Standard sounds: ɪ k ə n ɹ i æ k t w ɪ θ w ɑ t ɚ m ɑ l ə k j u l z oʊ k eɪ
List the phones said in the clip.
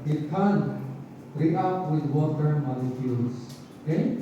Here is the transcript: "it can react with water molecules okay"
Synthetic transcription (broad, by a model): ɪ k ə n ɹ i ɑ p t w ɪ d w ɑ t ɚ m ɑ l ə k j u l s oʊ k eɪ